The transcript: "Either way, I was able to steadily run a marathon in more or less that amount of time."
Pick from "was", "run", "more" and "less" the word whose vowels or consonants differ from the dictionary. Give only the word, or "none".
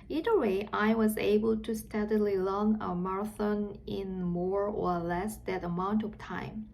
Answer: run